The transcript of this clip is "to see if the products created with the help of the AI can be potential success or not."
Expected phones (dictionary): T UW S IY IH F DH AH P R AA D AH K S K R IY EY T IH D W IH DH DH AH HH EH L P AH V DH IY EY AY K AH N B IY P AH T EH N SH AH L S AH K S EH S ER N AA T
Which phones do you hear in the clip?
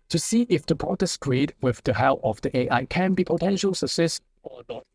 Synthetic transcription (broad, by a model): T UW S IY IH F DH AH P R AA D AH S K R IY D W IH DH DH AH HH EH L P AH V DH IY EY AY K AH N B IY P AH T EH N SH AH L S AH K S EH S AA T